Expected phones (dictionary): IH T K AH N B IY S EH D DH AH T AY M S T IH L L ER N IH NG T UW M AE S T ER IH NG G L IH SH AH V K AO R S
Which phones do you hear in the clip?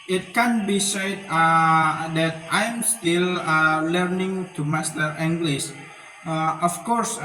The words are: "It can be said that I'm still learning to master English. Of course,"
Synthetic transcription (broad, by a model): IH T K AH N B IY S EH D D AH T AY M S T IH L L ER N IH NG T UW M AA S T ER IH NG G L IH S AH F K AO R S